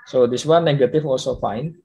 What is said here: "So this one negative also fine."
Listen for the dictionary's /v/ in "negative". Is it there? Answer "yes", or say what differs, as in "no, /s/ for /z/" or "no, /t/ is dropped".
no, /f/ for /v/